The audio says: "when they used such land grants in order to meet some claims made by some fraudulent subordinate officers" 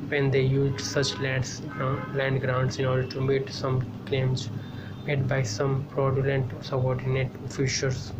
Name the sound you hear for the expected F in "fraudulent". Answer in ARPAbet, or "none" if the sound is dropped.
P